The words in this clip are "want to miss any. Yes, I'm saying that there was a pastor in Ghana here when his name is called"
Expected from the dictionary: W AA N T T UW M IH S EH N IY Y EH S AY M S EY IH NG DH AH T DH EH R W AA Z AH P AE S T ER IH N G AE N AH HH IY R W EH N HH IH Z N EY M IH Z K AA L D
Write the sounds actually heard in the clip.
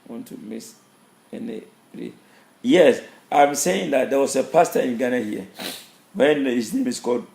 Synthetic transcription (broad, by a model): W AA N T T UW M IH S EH N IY Y EH S AY M S EY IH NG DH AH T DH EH W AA S AH P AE S T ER IH N G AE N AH HH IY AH W EH N HH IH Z N EY M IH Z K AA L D